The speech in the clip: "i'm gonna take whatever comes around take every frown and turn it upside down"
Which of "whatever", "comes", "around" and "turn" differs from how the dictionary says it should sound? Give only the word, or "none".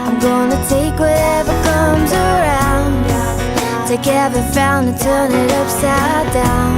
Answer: none